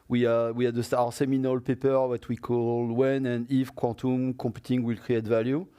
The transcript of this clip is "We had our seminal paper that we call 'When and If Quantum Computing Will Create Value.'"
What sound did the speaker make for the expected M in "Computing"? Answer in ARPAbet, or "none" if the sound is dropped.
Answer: none